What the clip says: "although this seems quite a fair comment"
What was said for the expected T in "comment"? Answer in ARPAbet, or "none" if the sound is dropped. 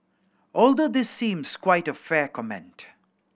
T